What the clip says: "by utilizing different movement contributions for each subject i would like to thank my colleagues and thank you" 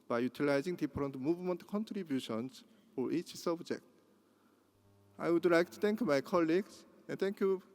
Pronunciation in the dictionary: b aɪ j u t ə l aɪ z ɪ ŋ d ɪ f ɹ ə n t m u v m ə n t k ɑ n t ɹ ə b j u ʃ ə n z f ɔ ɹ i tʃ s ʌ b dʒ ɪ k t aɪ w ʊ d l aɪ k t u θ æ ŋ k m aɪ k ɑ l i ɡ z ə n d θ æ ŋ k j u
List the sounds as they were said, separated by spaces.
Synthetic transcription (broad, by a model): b aɪ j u t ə l aɪ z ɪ ŋ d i p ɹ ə n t m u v m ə n t k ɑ n t ɹ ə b j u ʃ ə n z f ɔ ɹ i tʃ s ʌ b dʒ ɪ k t aɪ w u d l aɪ k t u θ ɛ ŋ k m aɪ k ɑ l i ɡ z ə n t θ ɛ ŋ k j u